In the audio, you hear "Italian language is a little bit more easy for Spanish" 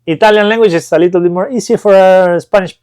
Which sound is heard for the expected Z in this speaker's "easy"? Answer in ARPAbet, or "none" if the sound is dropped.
S